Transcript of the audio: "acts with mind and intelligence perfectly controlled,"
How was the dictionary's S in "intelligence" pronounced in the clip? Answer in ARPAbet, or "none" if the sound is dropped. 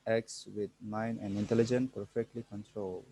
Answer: none